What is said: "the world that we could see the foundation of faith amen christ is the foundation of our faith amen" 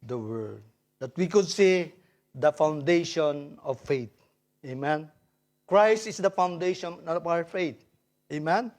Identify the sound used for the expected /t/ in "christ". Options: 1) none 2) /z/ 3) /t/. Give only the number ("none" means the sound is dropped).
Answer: 3